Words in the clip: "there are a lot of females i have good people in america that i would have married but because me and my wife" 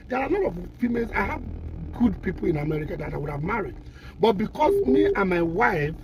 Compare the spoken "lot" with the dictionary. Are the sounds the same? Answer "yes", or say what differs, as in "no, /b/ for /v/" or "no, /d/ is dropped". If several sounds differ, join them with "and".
no, /n/ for /l/